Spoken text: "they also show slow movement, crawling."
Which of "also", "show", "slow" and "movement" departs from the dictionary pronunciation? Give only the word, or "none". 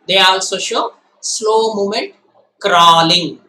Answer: movement